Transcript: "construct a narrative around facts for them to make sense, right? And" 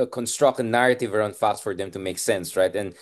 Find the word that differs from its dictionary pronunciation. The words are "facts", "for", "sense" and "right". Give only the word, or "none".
none